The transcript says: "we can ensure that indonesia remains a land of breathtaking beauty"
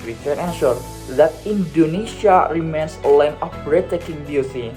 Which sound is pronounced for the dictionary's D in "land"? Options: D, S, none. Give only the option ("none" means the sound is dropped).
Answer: none